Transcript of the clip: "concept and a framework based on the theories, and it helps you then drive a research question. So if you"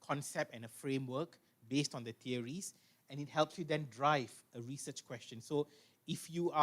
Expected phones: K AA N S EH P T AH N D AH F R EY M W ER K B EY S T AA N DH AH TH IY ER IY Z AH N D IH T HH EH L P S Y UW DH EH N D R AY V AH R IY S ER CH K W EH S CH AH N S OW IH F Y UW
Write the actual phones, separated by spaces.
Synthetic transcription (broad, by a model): K AA N S EH P T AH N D AH F R EY M W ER K B EY S T AA N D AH T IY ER IY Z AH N IH T HH EH L P S Y UW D EH N D R AY V AH R IY S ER CH K W EH S CH AH N S OW IH F Y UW